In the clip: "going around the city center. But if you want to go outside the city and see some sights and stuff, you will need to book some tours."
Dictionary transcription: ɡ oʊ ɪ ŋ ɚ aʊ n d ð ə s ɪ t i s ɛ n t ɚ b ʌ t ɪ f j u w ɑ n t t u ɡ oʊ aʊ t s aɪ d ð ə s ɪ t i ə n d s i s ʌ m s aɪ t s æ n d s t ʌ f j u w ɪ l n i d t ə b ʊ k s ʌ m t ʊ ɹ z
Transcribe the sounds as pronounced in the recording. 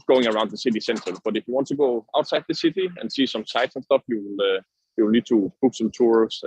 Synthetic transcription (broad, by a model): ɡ oʊ ɪ ŋ ɚ aʊ n d ð ə s ɪ t i s ɛ n t ɚ b ʌ t ɪ f j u w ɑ n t t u ɡ oʊ aʊ t s aɪ d ð ə s ɪ t i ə n s i s ʌ m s aɪ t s n s t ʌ f j u w ɪ l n i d t ə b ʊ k s ʌ m t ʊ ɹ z